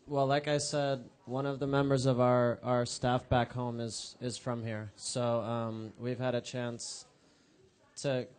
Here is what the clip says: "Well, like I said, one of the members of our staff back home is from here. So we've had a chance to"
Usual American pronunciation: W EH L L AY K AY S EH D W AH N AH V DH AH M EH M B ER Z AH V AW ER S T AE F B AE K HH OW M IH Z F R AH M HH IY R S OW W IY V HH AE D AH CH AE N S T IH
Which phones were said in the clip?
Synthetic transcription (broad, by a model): W EH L L AY K AY S EH D W AH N AH V DH AH M EH M B ER Z AH V AW ER S T AE F B AE K HH OW M IH Z F R AH M HH IY R S OW W IY V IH D AH CH AE N S T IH